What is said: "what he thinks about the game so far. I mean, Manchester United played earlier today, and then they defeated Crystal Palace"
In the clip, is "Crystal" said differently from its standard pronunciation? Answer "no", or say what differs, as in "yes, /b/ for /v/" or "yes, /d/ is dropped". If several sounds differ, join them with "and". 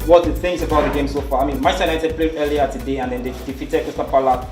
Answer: yes, /ɹ/ is dropped